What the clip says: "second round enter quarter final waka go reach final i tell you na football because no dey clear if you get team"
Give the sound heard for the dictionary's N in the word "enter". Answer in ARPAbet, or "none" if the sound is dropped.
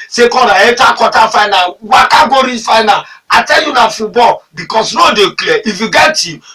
none